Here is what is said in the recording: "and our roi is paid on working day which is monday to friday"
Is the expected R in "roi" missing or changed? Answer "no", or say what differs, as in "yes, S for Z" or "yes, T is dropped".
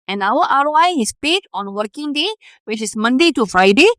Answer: yes, W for R